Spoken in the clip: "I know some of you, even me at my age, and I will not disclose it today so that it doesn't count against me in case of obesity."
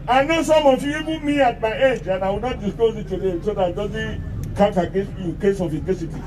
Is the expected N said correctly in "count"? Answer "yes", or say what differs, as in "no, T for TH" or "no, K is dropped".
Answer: no, N is dropped